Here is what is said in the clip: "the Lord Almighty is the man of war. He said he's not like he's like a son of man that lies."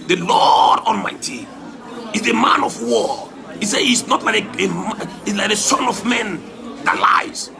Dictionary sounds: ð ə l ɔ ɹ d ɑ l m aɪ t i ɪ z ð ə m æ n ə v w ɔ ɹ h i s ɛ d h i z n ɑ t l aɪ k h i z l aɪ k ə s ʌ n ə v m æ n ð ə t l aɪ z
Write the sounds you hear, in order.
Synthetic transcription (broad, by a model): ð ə l ɔ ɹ d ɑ n m aɪ t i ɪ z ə m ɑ n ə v w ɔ h i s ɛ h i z n ɑ t l aɪ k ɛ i l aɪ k ə s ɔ n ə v m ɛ n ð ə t l aɪ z